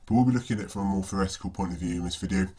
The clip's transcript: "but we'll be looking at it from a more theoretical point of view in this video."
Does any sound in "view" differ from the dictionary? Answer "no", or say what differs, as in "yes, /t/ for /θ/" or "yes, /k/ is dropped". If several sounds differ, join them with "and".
no